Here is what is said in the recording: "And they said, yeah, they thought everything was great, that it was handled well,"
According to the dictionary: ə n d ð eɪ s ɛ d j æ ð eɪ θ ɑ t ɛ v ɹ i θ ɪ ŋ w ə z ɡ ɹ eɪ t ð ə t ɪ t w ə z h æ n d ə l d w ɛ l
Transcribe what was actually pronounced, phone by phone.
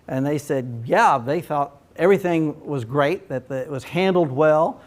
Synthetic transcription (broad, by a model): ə n ð eɪ s ɛ d j æ ð eɪ θ ɑ t ɛ v ɹ i θ ɪ ŋ w ə z ɡ ɹ eɪ t ð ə t ɪ t w ə z h æ n d l d w ɛ l